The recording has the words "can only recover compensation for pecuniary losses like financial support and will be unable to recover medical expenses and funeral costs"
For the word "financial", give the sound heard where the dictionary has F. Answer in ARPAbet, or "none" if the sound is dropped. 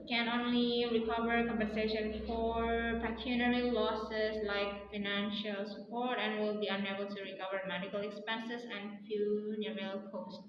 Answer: F